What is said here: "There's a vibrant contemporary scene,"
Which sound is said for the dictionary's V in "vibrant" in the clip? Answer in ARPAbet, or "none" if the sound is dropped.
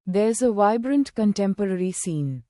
V